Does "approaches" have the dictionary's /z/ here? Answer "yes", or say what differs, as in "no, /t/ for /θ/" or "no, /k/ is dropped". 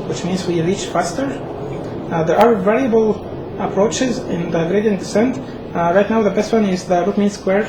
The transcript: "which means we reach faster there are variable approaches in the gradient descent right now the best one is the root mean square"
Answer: yes